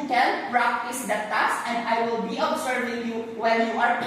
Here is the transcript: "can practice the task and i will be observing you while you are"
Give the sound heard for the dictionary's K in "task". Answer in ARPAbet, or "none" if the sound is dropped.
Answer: none